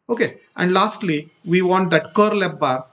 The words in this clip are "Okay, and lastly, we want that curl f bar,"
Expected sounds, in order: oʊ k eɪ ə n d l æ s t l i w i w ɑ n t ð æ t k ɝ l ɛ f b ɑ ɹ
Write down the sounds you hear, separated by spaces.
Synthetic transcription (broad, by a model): oʊ k eɪ ə n d l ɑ s t l i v i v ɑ n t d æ t k ɝ l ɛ p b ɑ ɹ